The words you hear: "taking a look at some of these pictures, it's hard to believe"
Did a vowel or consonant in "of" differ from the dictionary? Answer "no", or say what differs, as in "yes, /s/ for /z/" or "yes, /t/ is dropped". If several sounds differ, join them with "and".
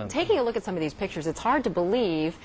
no